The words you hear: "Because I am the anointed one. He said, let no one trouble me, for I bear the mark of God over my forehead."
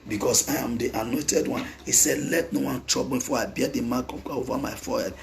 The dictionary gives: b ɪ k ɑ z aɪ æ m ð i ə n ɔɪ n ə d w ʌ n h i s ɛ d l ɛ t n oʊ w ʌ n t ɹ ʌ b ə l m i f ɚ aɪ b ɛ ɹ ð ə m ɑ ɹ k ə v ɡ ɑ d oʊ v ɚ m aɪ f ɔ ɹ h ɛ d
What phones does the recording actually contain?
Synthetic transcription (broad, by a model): b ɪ k ɑ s aɪ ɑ m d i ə n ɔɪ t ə d w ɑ n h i s ɛ d l ɛ t n oʊ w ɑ n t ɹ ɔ b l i f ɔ aɪ b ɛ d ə m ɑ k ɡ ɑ oʊ v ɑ m aɪ f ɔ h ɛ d